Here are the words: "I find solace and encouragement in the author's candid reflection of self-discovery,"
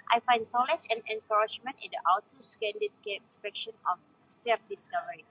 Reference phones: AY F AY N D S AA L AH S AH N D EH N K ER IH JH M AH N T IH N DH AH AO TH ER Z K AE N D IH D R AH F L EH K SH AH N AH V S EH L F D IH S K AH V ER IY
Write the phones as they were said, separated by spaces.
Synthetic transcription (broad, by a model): AY F AY N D S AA L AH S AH N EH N K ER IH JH M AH N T IH N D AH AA T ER S K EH N D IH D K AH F EH K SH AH N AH F S EH L F D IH S K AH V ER IY